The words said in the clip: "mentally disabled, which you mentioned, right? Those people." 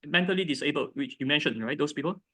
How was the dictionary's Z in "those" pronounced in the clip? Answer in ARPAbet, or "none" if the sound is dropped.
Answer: S